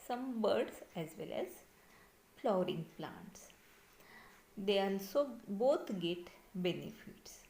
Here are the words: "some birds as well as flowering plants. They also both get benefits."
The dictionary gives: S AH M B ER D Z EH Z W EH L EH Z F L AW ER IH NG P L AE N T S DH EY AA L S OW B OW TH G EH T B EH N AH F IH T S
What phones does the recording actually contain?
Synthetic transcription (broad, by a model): S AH M B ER D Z EH Z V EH L EH Z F L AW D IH NG P L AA N T S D EY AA N S OW B OW T G EH T B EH N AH F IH T S